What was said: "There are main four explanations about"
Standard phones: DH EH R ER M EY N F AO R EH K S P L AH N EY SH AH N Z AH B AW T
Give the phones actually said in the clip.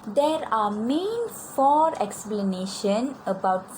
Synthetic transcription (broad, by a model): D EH R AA M EY N F AO R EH K S P L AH N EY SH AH N AH B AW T